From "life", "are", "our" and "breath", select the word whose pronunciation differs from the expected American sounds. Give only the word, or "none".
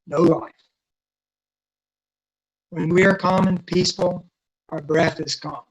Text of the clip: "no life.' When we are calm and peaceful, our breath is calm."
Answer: none